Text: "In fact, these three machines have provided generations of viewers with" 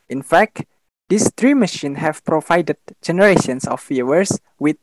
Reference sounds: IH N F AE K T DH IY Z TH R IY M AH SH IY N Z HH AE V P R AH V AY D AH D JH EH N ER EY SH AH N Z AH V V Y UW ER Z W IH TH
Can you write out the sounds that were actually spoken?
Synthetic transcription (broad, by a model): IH N F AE K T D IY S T R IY M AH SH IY N HH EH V P R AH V AY D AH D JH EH N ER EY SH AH N S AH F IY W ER S W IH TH